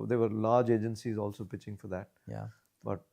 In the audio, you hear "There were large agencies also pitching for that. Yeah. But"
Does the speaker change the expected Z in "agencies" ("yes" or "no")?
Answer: no